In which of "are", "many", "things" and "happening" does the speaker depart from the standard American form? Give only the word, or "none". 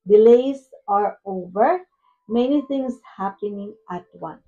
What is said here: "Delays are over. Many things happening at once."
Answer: things